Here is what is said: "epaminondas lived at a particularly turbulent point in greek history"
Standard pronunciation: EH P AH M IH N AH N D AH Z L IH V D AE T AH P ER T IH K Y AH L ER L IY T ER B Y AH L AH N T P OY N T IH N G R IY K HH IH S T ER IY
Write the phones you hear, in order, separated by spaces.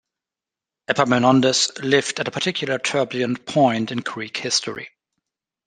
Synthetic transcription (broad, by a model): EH P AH M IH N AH N D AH S L IH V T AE T AH P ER T IH K Y L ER T ER B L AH AH N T P OY N T IH N G R IY K HH IH S T ER IY